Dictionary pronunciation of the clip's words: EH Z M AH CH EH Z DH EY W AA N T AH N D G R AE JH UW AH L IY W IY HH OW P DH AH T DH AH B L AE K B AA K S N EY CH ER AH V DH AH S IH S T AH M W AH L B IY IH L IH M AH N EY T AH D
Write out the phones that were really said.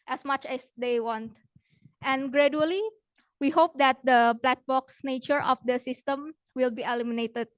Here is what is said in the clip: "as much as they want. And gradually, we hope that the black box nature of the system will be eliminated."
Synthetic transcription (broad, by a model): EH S M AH CH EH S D EY W AA N T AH N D G R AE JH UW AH L IY W IY HH OW P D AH T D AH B L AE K B AA K S N EY CH ER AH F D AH S IH S T AH M W AH L B IY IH L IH M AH N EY T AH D